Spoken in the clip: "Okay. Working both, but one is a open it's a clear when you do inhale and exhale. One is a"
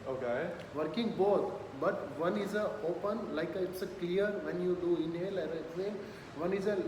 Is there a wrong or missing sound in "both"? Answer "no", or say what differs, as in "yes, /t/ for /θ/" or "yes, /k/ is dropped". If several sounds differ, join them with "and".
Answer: yes, /t/ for /θ/